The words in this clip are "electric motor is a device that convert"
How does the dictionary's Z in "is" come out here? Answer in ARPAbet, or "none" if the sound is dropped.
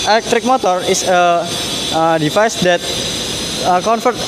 S